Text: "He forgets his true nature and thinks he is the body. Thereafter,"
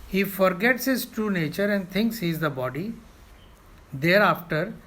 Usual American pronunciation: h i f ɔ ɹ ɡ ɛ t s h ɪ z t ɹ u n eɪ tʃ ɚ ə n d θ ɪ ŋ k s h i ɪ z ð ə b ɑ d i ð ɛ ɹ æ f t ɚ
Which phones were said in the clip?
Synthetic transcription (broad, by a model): h i f ɔ ɹ ɡ ɛ t s h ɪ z t ɹ u n eɪ tʃ ɚ ə n d t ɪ ŋ k s h i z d ə b ɑ d i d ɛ ɹ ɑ f t ɚ